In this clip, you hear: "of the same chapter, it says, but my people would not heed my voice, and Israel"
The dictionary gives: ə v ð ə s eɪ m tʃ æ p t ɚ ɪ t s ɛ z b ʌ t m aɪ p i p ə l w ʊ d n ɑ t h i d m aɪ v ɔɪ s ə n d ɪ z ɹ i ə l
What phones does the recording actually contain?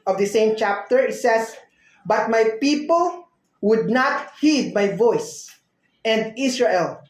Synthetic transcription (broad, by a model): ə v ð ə s eɪ m tʃ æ p t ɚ ɪ t s ɛ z b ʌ t m aɪ p i p ə l w ʊ d n ɑ t h i d m aɪ v ɔɪ s ə n d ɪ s ɹ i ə l